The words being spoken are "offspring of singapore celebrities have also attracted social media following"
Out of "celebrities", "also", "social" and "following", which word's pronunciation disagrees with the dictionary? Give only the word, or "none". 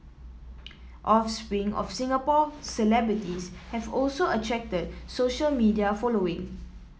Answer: celebrities